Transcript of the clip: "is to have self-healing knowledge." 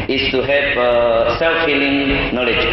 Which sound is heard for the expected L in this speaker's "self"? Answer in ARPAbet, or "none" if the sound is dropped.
L